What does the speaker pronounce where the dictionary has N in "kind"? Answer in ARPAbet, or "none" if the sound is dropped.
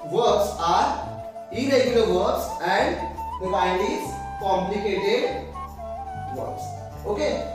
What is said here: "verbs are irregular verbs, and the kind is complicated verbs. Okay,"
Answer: none